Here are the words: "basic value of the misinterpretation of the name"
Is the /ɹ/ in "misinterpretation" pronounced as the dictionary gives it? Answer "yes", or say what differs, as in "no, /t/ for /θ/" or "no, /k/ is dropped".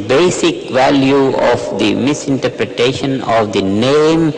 yes